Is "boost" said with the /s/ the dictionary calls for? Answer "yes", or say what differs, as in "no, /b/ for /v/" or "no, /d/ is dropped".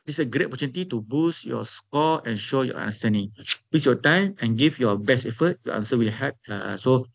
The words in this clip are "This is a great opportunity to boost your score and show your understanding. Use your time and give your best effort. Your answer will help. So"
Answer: yes